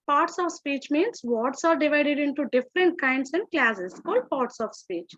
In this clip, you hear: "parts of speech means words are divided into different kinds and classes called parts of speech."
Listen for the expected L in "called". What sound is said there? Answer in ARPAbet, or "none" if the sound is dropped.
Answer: L